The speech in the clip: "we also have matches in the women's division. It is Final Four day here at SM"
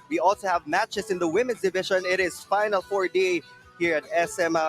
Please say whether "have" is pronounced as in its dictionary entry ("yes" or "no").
yes